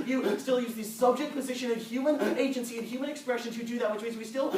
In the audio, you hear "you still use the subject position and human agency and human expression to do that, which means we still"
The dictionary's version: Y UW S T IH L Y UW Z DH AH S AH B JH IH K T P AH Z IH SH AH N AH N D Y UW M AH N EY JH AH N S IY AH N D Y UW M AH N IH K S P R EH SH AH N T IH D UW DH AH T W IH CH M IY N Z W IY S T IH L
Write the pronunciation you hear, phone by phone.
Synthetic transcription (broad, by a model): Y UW S T IH L Y UW Z DH AH S AH B JH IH K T P AH Z IH SH AH N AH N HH Y UW M AH N EY JH AH N S IY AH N Y UW M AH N IH K S P R EH SH AH N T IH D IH DH AH T W IH CH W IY Z W IY S T IH L